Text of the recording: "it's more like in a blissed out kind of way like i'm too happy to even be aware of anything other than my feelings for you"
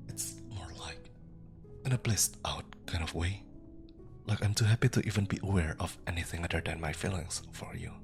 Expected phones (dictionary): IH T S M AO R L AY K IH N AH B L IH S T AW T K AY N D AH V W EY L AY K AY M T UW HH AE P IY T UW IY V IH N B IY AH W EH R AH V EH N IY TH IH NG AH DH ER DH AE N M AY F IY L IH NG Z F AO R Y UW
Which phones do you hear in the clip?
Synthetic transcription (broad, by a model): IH T S M AO R L AY K IH N AH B L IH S T AW T K AY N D AH V W EY L AY K AY M T UW HH AE P IY T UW IY V IH N B IY AH W EH R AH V EH N IY TH IH NG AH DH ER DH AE N M AY F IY L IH NG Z F AO R Y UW